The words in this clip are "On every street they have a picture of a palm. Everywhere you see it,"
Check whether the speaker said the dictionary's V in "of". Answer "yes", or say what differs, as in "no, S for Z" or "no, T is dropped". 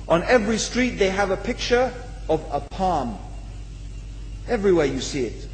yes